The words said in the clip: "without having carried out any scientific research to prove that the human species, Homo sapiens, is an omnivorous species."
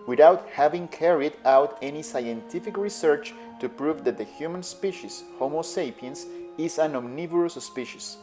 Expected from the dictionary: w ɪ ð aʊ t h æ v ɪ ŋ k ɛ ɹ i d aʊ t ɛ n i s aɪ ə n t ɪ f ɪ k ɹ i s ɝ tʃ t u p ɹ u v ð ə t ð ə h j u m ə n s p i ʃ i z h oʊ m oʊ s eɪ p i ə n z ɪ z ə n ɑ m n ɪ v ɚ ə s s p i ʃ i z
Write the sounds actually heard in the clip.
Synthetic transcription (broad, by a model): w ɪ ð aʊ t h æ v ɪ ŋ k ɛ ɹ i d aʊ t ɛ n i s aɪ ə n t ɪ f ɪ k ɹ i s ɝ tʃ t u p ɹ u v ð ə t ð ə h j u m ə n s p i ʃ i s h oʊ m oʊ s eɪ p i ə n s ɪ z ə n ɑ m n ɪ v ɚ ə s s p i ʃ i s